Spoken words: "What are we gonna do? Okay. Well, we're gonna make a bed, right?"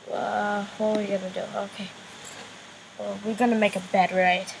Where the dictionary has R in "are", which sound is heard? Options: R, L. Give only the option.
L